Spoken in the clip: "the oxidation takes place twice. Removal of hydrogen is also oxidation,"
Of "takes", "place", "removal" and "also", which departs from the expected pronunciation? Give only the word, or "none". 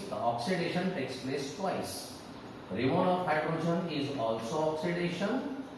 removal